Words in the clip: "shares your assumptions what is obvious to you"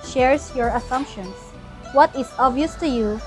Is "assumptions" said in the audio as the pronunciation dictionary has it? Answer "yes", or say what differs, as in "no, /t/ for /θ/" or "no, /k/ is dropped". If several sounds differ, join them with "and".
no, /s/ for /z/